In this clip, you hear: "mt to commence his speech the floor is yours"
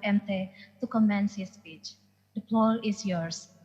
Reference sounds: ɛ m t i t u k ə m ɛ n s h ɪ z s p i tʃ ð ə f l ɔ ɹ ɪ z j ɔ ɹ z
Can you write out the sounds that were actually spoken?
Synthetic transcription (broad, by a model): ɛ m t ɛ t u k ə m ɛ n s h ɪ s p i tʃ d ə p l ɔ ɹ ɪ s j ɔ ɹ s